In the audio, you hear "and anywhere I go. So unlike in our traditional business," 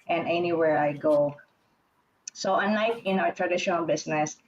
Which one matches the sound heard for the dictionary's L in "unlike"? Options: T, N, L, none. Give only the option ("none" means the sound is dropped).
none